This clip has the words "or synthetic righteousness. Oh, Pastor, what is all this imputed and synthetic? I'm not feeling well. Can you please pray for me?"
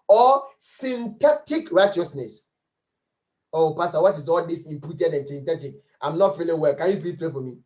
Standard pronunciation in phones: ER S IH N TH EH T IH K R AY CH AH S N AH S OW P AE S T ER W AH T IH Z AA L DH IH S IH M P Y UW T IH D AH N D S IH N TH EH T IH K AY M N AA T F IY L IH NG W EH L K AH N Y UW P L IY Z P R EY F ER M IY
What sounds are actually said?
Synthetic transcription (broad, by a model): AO S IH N T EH T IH K R AY CH AH S N AH S OW P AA S T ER W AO T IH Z AA L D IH S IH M P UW T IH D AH N S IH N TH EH T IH K AY M N AA T F IY L IH NG W EH L K AH N Y UW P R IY P R EY F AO M IY